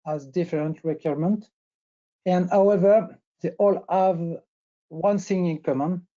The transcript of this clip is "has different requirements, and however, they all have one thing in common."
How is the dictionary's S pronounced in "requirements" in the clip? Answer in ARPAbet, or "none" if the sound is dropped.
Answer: none